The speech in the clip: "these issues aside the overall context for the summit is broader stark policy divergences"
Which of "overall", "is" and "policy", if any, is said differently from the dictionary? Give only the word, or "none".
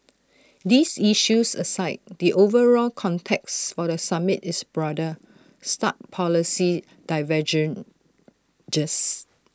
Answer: is